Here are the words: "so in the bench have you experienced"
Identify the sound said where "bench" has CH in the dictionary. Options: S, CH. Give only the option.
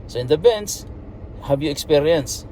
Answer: S